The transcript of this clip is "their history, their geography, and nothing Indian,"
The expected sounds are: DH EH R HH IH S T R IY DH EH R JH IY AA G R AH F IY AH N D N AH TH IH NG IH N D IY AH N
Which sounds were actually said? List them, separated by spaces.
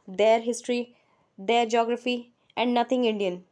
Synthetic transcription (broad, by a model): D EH R HH IH S T R IY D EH R JH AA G R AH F IY AH N D N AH T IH NG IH N D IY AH N